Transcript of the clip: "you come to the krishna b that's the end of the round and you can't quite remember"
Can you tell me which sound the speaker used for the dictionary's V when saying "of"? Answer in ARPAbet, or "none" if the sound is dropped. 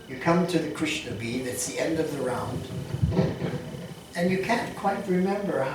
V